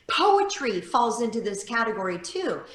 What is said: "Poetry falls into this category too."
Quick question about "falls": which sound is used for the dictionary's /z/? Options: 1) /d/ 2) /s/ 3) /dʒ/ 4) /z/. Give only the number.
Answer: 4